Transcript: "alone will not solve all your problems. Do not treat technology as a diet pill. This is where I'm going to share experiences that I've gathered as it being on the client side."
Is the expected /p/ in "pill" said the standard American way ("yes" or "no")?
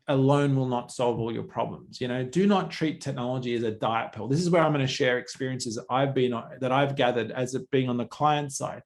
yes